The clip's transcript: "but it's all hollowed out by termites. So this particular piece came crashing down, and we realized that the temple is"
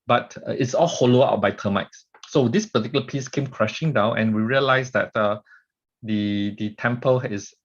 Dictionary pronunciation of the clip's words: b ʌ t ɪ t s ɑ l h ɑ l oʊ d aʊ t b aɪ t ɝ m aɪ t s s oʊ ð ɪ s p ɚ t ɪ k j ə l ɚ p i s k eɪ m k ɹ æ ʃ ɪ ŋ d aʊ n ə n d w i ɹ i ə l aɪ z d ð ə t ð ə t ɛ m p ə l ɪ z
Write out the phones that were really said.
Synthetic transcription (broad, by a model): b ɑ t ɪ t s ɑ l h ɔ l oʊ aʊ t b aɪ t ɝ m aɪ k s s oʊ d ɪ s p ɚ t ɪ k j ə l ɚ p i s k eɪ m k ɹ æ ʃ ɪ ŋ d aʊ n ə n w i ɹ i ə l aɪ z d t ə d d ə t ɛ m p ə l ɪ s